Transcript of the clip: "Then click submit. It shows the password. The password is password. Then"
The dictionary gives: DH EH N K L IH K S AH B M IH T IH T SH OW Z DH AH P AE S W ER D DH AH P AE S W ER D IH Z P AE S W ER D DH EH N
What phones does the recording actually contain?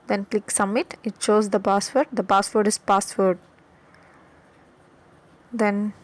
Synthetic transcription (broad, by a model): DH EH N K L IH K S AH M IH T IH T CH OW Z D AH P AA S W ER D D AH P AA S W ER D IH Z P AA S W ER D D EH N